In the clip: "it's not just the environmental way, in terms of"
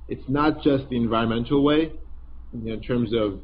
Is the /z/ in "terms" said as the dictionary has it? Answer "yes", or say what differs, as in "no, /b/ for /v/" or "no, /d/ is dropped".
yes